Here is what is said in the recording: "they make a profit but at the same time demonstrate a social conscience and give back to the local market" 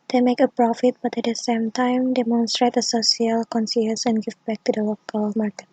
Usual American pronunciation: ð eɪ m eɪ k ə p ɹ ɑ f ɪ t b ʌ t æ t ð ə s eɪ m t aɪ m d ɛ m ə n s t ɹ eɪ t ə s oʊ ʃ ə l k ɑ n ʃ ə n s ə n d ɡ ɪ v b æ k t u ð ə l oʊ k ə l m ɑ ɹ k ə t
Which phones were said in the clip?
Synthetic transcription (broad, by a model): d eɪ m eɪ k ə p ɹ ɑ f ɪ t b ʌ t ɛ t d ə s eɪ m t aɪ m d ɛ m ə n s t ɹ eɪ t ə s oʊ s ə l k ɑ n s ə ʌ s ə n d ɡ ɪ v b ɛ k t u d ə l oʊ k ə l m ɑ ɹ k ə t